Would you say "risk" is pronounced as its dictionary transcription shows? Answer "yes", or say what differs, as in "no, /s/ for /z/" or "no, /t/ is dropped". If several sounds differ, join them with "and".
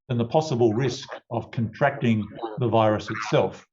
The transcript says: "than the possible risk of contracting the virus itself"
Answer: yes